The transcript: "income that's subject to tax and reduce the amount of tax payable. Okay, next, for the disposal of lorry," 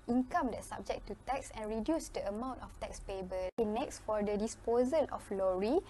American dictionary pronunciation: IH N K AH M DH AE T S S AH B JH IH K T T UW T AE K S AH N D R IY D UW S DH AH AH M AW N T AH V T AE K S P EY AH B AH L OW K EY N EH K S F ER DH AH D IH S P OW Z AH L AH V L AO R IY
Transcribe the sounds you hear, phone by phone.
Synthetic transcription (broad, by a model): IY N K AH M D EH T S S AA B JH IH K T T UW T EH K S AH N R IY D UW S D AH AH M AW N T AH F T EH K S P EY B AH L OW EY N EH K S F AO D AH D IH S P OW Z AH L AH F L AO R IY